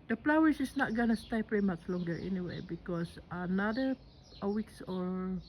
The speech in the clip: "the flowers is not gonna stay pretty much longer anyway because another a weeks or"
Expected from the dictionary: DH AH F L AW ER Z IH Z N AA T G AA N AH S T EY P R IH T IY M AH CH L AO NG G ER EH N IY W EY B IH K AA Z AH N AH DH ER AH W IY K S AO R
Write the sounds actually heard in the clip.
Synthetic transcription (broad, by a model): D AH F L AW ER S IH S N AA T G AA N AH S T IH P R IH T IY M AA CH L AO NG G ER EH N IY W EY B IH K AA S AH N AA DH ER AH W IY K S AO R